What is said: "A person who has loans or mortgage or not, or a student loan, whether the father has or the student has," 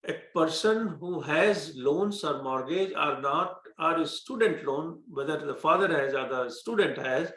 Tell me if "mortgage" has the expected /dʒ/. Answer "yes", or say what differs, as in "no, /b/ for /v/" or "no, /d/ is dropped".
yes